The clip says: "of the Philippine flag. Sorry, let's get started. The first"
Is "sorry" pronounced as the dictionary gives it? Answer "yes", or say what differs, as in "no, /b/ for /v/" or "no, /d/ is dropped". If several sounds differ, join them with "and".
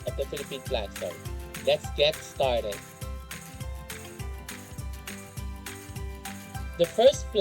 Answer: no, /ɹ/ is dropped